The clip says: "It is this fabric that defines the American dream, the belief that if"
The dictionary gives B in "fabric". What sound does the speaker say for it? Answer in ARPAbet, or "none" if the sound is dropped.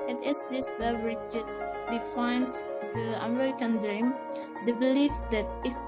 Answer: none